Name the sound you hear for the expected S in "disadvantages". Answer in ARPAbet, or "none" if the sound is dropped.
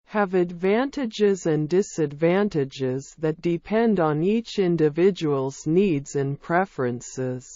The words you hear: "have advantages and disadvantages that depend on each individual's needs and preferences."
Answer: S